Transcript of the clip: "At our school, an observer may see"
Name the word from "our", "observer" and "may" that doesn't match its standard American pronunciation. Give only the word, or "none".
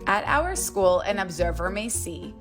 none